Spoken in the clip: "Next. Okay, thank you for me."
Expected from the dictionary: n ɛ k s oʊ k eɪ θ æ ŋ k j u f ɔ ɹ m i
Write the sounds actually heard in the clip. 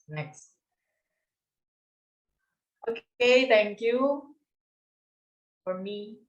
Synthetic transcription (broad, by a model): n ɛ k s oʊ k eɪ t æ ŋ k j u f ɔ ɹ m i